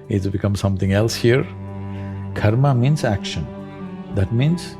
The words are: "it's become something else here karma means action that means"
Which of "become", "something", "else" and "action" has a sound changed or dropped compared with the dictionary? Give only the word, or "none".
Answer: something